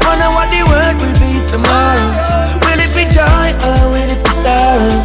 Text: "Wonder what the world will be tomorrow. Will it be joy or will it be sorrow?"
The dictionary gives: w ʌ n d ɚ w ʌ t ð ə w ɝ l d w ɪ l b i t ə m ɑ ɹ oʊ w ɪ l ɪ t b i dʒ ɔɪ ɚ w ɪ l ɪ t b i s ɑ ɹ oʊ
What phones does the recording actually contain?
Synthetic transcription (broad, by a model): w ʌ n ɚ w ʌ t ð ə w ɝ d w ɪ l b i t ə m ɑ ɹ oʊ w ɪ l ɪ t b i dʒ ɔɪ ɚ w ɪ l ɪ t b i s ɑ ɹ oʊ